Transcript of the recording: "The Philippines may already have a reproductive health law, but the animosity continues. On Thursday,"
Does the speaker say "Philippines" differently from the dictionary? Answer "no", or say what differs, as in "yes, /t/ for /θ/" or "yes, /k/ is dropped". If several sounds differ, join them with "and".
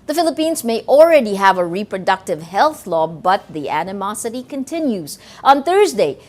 no